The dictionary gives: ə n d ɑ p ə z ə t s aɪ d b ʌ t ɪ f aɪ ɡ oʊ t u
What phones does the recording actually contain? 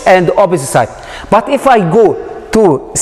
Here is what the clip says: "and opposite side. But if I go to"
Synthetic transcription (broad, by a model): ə n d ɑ b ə s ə s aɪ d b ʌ t ɪ f aɪ ɡ oʊ t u